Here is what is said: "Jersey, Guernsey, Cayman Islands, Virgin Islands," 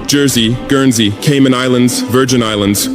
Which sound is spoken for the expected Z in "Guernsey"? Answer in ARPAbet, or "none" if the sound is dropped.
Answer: Z